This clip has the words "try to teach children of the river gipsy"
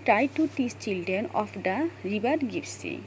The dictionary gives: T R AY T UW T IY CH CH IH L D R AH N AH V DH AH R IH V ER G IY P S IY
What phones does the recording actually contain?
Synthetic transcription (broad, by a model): T R AY T UW T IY S CH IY L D R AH N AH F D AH R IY B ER G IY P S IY